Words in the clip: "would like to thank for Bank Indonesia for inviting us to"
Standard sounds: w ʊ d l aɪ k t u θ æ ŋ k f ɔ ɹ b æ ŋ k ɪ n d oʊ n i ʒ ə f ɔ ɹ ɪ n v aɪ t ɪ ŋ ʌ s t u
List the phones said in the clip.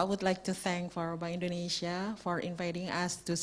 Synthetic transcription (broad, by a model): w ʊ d l aɪ k t u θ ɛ ŋ k f ɔ ɹ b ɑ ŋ ɪ n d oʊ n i ʃ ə f ɔ ɹ ɪ n v aɪ t ɪ ŋ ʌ s t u